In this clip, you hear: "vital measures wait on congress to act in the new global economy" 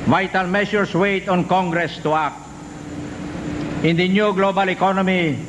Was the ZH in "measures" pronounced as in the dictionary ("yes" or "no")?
no